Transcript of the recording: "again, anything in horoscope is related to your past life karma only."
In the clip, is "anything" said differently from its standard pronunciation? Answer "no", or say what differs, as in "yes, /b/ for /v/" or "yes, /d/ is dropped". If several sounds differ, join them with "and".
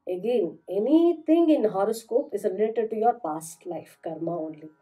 yes, /t/ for /θ/